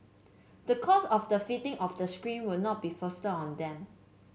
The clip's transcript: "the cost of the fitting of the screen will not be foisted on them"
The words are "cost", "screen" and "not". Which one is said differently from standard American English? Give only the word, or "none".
cost